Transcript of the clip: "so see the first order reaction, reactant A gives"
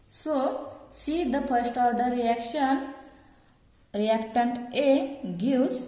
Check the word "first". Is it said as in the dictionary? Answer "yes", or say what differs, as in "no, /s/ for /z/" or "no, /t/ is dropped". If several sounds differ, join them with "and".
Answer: no, /p/ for /f/